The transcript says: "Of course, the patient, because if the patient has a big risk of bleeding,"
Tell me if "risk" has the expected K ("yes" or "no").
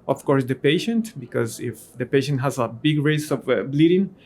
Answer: no